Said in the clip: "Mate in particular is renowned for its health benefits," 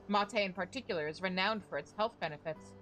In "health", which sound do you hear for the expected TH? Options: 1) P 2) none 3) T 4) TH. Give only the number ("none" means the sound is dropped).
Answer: 4